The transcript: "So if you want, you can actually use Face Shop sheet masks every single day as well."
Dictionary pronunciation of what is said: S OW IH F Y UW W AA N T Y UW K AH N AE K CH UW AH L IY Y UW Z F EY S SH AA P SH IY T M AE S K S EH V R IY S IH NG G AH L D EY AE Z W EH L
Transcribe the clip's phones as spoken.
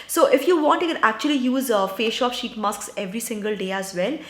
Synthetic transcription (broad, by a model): S OW IH F Y UW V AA N T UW K AH N AE K CH UW AH L IY Y UW Z F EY SH AA P SH IY T M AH S K S EH V R IY S IH NG G AH L D EY AE Z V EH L